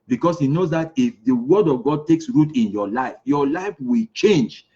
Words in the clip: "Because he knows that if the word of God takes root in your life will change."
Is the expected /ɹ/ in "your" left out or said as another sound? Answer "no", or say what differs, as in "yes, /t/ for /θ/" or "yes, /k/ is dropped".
yes, /l/ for /ɹ/